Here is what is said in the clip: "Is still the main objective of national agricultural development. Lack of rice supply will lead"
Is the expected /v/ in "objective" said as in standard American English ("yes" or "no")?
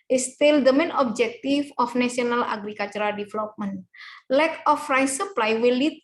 no